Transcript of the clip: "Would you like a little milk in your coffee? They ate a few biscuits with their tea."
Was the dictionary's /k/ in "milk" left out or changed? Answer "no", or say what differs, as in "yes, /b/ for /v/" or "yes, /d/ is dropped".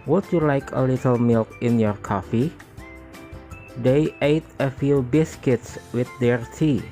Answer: no